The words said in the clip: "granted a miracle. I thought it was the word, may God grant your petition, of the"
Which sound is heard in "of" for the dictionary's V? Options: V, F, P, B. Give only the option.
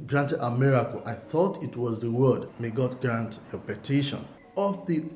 F